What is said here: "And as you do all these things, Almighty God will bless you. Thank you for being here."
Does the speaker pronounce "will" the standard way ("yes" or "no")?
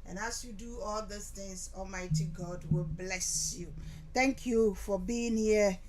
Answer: yes